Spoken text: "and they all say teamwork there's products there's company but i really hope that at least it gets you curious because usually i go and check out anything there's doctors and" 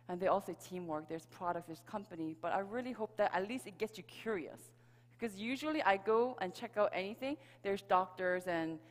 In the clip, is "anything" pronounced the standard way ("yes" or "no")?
yes